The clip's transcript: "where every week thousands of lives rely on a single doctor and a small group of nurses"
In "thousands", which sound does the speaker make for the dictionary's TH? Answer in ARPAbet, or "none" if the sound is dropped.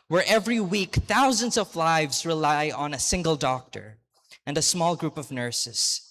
TH